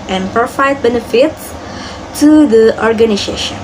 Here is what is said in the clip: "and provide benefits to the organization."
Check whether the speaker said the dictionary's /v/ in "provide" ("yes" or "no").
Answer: no